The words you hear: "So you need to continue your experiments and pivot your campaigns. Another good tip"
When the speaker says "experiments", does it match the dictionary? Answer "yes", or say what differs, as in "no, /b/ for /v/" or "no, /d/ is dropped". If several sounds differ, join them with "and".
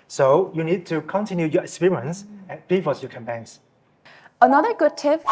no, /m/ is dropped